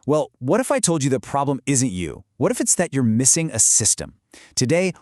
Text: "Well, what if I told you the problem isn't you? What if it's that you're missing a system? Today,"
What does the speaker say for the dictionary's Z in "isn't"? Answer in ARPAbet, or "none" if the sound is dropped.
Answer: Z